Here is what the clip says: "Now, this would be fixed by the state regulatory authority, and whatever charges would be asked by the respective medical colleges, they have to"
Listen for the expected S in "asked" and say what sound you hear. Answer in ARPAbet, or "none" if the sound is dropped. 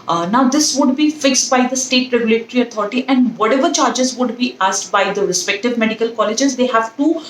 S